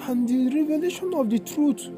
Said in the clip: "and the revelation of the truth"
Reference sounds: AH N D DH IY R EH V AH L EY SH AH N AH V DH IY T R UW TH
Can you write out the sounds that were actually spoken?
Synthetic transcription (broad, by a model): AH N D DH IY R EH V AH L EY SH AH N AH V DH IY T R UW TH